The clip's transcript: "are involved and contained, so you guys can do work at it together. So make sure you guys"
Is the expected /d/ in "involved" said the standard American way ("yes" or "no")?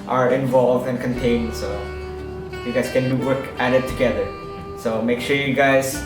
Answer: yes